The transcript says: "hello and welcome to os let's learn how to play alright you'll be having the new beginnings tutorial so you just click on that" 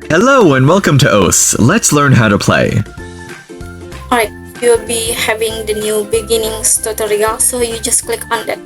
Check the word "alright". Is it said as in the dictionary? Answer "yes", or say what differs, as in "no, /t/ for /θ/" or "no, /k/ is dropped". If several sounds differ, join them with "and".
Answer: no, /l/ is dropped